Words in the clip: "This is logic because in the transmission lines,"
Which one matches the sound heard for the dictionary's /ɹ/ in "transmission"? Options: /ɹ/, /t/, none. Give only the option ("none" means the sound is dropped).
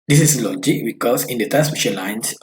none